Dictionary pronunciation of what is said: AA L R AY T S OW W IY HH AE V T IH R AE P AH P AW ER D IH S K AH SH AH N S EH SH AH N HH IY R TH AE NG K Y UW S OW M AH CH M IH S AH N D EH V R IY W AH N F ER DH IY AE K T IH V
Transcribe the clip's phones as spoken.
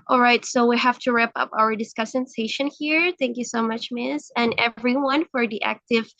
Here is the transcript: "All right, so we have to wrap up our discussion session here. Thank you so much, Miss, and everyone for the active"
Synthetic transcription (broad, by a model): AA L R AY T S OW W IY HH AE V T IH R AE P AH P AW ER D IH S K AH S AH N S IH SH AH N HH IY R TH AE NG K Y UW S OW M AH CH M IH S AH N EH V R IY W AH N F ER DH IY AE K T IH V